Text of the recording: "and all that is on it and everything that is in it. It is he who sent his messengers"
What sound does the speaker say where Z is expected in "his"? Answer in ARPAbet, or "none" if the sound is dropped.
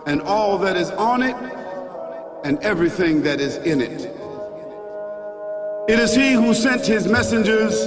Z